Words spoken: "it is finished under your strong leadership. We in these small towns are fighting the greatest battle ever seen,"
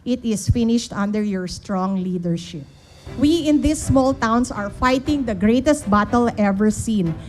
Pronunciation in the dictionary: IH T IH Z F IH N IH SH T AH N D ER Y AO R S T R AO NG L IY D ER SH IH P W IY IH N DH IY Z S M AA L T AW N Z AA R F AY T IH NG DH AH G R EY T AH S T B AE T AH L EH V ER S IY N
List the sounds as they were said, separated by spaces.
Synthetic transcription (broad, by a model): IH T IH S F IH N IH SH T AH N D ER Y AO R S T R AO NG L IY D ER SH IH P W IY IH N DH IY S M AA L T AW N S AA R F AY T IH NG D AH G R EY T AH S T B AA T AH L EH V ER S IY N